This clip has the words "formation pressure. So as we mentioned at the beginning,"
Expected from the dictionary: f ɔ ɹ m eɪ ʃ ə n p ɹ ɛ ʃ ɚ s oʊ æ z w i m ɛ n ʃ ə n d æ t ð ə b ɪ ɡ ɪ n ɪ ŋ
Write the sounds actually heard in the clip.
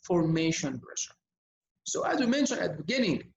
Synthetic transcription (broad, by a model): f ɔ ɹ m eɪ ʃ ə n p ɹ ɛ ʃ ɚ s oʊ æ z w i m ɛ n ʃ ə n æ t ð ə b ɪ ɡ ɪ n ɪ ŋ